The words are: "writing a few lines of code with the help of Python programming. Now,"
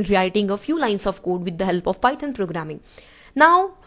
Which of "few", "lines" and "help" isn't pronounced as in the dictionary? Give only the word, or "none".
lines